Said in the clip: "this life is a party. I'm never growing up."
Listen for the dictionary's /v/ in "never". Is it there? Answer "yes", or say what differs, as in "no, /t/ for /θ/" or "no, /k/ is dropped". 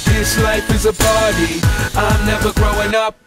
yes